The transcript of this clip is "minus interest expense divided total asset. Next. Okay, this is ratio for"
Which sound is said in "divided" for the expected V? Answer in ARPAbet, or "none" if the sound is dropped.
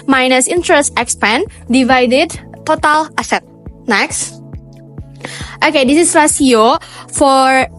V